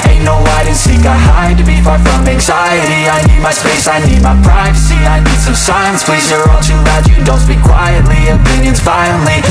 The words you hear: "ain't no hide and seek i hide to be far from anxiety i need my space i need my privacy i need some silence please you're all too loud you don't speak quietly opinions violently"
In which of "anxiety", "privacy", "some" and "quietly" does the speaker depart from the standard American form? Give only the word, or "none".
none